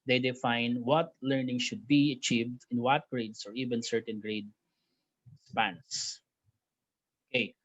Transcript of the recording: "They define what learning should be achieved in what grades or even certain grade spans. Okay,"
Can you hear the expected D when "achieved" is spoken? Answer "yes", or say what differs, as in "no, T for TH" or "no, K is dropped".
yes